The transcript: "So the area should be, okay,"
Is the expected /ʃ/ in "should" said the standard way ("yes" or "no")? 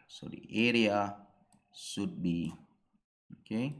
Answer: no